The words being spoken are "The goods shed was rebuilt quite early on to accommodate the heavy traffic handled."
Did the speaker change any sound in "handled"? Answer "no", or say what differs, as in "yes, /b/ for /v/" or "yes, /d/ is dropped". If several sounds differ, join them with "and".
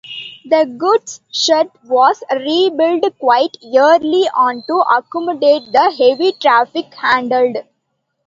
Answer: no